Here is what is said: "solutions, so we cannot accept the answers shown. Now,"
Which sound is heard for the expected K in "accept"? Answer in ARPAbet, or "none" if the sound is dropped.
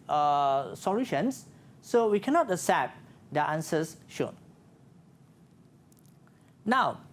none